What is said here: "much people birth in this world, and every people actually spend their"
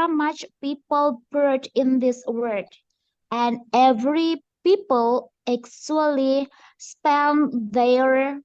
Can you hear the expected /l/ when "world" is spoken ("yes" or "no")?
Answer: no